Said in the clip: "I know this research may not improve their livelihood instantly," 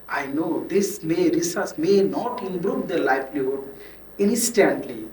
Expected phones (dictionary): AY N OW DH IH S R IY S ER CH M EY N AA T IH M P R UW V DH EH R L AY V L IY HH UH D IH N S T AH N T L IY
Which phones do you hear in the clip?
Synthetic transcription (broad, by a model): AY N OW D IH S R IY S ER S M EY N AA T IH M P R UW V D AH L AY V L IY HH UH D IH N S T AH N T L IY